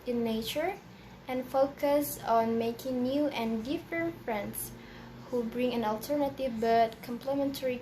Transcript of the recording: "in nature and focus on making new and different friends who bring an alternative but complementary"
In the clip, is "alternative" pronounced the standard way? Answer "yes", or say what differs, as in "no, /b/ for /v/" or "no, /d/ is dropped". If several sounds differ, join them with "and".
yes